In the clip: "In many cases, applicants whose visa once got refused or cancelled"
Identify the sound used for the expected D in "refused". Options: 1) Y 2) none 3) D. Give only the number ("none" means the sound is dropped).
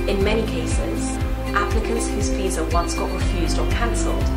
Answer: 3